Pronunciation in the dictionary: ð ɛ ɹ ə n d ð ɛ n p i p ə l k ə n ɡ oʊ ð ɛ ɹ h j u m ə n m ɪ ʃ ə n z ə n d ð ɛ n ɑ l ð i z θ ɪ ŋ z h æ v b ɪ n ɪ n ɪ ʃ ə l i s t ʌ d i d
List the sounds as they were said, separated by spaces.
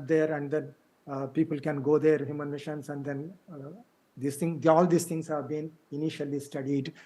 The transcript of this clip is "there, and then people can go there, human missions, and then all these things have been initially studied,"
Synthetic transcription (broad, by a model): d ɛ ɹ ə n d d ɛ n p i p ə l k ə n ɡ oʊ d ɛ ɹ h j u m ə n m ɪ ʃ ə n s ə n d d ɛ n ɑ l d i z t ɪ ŋ s h æ v b ɪ n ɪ n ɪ ʃ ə l i s t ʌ d i d